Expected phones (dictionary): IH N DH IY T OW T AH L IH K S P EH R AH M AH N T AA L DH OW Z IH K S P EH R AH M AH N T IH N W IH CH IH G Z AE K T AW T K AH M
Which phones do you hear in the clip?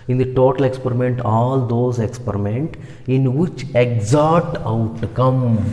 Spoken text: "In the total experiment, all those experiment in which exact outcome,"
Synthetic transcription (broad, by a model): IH N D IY T OW T AH L IH K S P EH R AH M AH N T AA L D OW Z IH K S P EH R AH M AH N T IH N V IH CH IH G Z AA T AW T K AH M